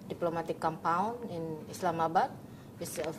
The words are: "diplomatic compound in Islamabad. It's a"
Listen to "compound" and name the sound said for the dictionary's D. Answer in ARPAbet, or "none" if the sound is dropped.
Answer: none